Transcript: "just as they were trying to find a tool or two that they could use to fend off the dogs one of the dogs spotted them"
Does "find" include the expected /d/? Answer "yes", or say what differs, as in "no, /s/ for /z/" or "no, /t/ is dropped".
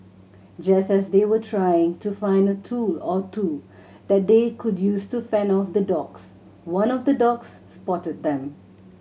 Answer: yes